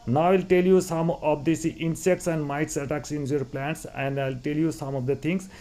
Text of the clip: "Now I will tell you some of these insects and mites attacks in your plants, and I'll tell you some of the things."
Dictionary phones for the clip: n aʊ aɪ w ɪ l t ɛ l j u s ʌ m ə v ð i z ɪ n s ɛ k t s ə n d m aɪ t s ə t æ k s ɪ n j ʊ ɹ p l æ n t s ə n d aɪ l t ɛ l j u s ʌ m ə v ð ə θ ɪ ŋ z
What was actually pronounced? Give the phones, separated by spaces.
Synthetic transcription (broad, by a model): n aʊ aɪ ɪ l t ɛ l j u s ʌ m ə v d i s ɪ n s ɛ k t s ə n d m aɪ t s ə t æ k s ɪ n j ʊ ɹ p l æ n t s ə n d aɪ l t ɛ l j u s ʌ m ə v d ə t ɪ ŋ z